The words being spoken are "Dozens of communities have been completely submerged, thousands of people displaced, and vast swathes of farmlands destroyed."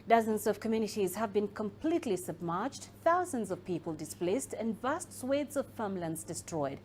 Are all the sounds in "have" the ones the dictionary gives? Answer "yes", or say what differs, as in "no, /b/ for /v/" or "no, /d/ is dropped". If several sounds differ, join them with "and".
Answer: yes